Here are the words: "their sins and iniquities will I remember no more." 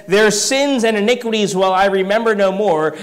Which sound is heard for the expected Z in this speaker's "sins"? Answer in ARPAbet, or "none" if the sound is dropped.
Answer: Z